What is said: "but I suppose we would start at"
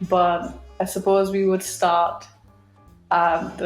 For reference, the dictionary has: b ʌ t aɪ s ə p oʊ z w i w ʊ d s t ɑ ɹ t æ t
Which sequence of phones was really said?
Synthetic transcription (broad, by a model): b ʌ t aɪ s ə p oʊ z w i w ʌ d s t ɑ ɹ t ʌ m